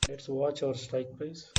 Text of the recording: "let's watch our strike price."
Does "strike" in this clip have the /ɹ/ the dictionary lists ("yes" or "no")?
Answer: no